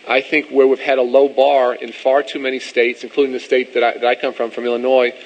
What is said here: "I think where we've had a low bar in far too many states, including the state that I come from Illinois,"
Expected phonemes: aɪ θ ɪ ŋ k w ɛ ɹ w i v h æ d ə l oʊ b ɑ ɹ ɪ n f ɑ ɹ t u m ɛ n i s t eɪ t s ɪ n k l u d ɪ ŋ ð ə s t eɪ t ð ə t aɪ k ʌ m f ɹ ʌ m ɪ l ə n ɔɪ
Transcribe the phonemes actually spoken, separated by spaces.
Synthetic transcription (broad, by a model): aɪ θ ɪ ŋ k w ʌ ɹ w i v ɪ d ə l oʊ b ɑ ɹ ɪ n f ɑ ɹ t u m ɛ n i s t eɪ t s ɪ n k l u d ɪ ŋ ð ə s t eɪ t ð ə t aɪ k ʌ m f ɹ ʌ m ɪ l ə n ɔɪ